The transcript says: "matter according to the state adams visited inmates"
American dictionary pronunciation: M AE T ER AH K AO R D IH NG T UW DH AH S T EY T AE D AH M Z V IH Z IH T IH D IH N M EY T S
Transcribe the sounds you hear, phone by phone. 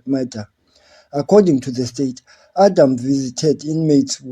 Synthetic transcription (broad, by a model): M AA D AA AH K AO D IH NG T UW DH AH S T EY T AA D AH M V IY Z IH T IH D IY N M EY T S